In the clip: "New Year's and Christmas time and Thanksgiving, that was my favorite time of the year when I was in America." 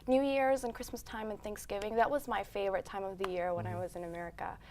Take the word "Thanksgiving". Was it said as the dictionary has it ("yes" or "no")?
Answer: yes